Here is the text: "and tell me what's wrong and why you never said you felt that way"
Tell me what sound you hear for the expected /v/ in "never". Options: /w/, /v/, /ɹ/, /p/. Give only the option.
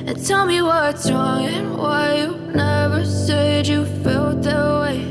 /v/